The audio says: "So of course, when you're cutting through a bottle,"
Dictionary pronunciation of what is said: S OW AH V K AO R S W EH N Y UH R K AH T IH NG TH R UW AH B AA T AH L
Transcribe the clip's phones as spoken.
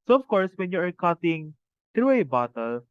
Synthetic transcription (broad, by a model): S OW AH F K AO R S W EH N Y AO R K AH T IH NG T R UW AH B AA T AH L